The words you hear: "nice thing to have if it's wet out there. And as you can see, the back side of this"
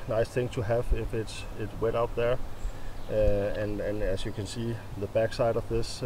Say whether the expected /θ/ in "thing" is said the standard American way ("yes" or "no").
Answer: yes